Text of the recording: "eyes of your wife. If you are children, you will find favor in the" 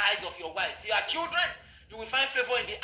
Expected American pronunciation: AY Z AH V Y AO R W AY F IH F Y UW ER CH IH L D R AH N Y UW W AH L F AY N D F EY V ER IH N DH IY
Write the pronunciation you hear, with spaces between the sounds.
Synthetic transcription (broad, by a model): AY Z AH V Y AO W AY IH F Y UW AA CH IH L D R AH N Y UW W AH L F AY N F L EY V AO IH N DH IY